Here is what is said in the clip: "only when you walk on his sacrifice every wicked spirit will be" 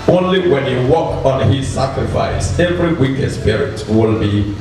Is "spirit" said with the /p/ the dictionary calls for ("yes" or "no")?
yes